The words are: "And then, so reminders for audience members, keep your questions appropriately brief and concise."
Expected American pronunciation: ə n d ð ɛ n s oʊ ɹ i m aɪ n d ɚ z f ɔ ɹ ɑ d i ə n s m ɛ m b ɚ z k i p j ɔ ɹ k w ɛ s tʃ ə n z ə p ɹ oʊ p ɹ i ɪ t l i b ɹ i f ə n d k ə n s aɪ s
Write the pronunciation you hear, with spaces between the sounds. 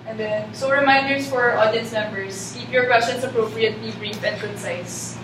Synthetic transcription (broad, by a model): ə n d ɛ n s oʊ ɹ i m aɪ n d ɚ s f ɔ ɹ ɑ d i ə n s m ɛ m b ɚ s k i p j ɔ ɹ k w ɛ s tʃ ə n s ə p ɹ oʊ p ɹ i ɪ t l i b ɹ i f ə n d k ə n s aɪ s